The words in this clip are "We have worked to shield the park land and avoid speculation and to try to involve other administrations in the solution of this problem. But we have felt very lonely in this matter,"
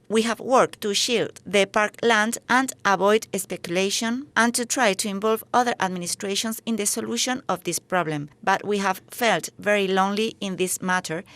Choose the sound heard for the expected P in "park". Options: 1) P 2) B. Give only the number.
1